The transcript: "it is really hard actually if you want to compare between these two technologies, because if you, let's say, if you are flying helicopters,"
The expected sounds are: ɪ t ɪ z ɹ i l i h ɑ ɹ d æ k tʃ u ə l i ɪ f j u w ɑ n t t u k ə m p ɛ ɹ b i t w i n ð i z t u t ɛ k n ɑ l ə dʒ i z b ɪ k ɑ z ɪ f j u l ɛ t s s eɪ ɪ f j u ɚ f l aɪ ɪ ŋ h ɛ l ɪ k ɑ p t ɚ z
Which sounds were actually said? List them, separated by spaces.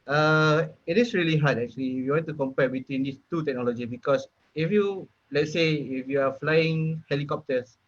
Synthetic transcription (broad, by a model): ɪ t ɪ s ɹ i l i h ɑ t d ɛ k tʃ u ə l i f j u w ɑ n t t u k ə m p ɛ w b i t w i n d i s t u t ɛ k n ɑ l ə dʒ i b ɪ k ɑ s ɪ f j u l ɛ t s s eɪ ɪ f j u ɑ f l aɪ ɪ ŋ h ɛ l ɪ k ɑ p t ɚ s